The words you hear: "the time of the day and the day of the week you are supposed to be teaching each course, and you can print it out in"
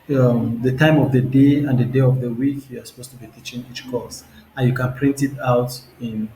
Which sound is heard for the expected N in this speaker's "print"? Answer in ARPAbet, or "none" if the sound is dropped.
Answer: N